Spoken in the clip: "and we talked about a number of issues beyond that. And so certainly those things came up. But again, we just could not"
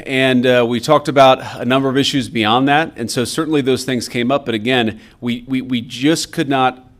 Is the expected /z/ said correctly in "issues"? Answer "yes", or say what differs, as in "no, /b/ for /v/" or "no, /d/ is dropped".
yes